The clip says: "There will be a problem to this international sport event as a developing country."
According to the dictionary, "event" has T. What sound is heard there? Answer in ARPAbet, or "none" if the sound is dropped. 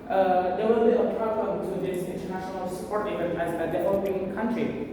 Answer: none